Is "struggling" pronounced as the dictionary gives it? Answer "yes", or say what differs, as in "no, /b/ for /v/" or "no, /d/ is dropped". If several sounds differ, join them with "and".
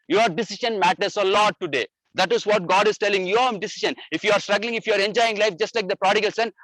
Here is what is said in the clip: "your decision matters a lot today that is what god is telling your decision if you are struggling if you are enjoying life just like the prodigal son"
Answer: yes